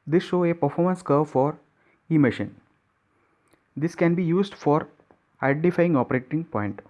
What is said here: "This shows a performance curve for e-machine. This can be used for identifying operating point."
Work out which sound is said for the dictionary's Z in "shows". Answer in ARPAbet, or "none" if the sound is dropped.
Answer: none